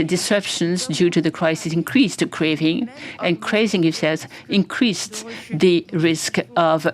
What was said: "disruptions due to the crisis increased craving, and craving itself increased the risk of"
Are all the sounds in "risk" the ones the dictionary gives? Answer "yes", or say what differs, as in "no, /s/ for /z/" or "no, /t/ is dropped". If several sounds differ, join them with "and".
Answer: yes